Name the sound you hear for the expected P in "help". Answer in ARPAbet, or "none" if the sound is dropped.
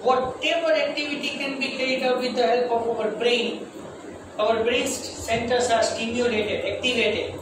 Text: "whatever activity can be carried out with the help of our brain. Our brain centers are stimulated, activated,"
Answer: P